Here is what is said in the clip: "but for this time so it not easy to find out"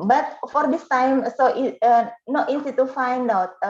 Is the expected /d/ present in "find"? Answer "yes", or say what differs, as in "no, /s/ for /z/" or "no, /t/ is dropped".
yes